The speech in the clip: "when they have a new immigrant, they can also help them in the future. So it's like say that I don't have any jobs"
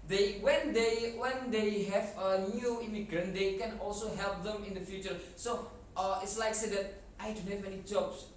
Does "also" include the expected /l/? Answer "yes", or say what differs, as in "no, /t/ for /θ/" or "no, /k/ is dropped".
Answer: yes